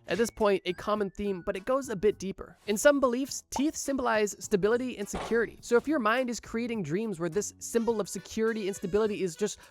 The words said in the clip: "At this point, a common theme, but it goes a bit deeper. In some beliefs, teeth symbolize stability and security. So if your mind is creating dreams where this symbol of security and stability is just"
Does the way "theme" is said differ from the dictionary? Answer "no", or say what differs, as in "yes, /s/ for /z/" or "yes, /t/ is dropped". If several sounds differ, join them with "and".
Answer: no